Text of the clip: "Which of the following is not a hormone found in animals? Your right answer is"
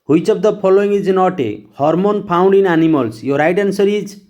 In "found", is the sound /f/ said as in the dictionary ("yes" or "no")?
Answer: no